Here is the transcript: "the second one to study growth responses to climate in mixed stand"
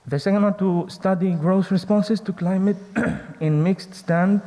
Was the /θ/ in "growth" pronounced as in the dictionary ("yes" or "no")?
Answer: no